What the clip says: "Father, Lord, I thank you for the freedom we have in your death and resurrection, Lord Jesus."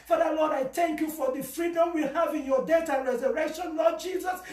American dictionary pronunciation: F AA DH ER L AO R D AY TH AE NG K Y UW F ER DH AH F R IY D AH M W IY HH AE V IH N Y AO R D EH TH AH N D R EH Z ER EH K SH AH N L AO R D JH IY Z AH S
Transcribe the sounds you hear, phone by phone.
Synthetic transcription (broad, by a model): F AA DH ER L AO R D AY TH AE NG K Y UW F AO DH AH F R IY D AH M W IY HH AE V IH N Y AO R D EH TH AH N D R EH Z ER EH K SH AH N L AO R D JH IY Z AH S